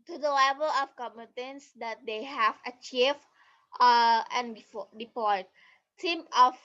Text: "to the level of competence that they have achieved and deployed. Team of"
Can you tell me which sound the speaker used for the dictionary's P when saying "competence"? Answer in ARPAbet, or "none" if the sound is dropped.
none